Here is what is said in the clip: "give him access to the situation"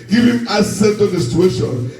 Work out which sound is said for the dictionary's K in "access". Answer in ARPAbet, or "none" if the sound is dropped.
none